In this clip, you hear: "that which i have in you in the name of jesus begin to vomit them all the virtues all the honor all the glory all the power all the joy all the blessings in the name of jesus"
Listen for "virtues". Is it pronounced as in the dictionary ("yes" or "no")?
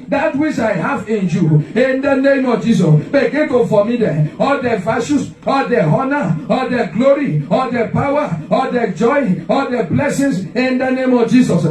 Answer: no